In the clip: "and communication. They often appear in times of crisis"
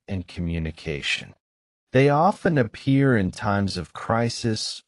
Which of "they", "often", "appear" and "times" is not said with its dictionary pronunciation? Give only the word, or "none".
none